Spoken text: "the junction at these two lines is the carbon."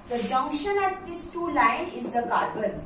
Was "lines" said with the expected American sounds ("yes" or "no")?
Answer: no